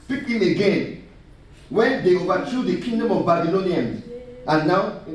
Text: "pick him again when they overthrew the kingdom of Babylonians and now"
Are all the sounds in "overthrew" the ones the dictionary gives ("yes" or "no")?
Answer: no